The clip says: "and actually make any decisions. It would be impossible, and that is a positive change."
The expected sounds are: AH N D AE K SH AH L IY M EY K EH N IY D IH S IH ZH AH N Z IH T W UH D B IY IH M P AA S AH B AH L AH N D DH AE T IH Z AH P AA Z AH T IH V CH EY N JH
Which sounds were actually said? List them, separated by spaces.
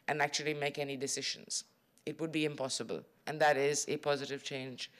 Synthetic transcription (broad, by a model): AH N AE K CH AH L IY M EY K EH N IY D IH S IH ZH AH N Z IH T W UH D B IY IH M P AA S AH B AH L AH N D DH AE T IH Z AH P AA Z AH T IH V CH EY N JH